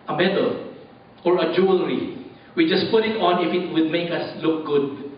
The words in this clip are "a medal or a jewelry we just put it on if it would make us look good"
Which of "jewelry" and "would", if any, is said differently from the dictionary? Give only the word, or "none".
none